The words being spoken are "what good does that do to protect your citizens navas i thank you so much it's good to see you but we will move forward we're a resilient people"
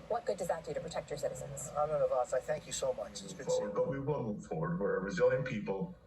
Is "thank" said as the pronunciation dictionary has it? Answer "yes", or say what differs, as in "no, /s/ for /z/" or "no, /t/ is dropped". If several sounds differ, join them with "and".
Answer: yes